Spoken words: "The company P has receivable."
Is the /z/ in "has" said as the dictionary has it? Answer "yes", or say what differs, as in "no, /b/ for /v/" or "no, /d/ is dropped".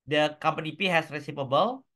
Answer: no, /s/ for /z/